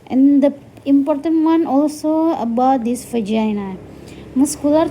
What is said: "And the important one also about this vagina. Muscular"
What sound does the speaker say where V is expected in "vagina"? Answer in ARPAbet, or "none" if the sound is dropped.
F